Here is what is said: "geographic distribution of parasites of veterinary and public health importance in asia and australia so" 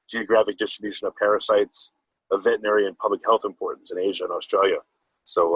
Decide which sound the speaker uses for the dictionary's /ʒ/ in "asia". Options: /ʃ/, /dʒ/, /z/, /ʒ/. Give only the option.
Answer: /ʒ/